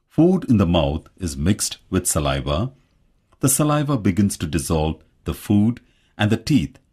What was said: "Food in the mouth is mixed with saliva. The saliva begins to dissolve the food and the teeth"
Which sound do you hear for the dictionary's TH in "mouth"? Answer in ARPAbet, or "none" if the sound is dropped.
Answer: T